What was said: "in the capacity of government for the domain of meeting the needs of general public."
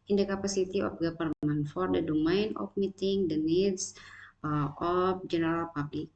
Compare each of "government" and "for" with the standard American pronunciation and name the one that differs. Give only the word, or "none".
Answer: government